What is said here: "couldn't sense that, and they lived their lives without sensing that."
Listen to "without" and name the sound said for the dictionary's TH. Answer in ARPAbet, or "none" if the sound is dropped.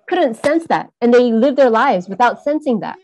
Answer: TH